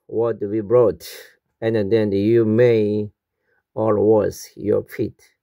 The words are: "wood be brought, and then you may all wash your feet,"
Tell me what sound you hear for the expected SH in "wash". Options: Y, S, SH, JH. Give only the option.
S